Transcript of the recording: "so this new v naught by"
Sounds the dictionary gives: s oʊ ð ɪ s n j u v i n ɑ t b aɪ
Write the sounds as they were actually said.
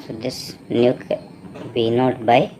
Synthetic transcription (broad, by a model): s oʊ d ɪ s n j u b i n ɑ t b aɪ